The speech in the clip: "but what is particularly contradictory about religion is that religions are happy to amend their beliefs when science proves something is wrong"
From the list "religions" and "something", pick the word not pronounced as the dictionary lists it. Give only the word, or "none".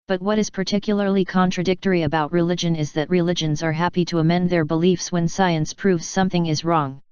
none